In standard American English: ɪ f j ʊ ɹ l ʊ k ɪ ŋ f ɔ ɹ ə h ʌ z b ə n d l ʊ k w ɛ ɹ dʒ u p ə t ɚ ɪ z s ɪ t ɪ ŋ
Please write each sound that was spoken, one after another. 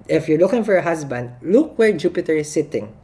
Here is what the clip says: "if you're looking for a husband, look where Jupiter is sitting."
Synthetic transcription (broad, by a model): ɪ f j ʊ ɹ l ʊ k ɪ ŋ f ɔ ɹ ə h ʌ s b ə n d l ʊ k w ɛ ɹ dʒ u p ə t ɚ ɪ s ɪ t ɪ ŋ